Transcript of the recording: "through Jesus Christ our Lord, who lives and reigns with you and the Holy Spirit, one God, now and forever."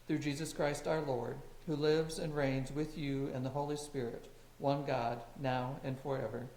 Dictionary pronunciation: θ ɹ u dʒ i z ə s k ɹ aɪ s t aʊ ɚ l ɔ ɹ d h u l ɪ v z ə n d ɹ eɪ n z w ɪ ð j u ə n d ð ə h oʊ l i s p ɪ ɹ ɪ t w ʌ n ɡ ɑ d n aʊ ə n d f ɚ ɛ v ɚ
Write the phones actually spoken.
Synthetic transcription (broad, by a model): θ ɹ u dʒ i z ə s k ɹ aɪ s t aʊ ɚ l ɔ ɹ d h u l ɪ v z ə n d ɹ eɪ n z w ɪ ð j u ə n ð ə h oʊ l i s p ɪ ɹ ɪ t w ʌ n ɡ ɑ d n aʊ ə n d f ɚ ɛ v ɚ